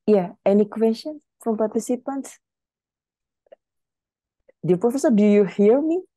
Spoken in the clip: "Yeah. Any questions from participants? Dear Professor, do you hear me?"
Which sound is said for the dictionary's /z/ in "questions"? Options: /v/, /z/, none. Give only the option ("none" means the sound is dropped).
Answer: none